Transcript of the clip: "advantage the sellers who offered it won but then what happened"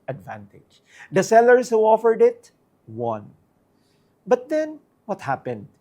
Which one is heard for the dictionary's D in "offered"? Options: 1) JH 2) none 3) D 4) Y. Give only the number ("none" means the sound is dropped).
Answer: 3